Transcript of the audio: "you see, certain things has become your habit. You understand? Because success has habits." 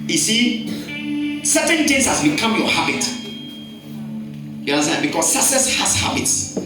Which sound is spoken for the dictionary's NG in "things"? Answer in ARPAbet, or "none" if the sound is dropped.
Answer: none